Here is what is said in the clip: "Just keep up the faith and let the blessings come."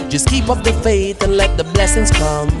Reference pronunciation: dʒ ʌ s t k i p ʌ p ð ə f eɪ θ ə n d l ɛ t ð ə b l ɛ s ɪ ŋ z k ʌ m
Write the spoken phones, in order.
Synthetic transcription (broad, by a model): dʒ ʌ s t k i p ʌ p ð ə f eɪ θ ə n l ɛ t ð ə b l ɛ s ɪ ŋ z k ʌ m